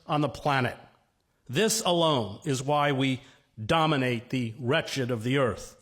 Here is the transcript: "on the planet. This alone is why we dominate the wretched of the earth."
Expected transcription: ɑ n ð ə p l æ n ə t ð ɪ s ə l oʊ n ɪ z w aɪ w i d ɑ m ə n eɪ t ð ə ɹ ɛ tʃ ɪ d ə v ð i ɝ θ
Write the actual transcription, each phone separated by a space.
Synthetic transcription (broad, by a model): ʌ n ð ə p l æ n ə t ð ɪ s ə l oʊ n ɪ z w aɪ w i d ɑ m ə n eɪ t ð ə ɹ ɛ tʃ ɪ d ə v ð i ɝ θ